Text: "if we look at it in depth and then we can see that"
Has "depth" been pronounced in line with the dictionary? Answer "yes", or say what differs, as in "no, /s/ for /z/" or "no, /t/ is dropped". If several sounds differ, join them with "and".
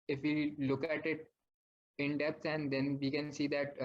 no, /s/ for /θ/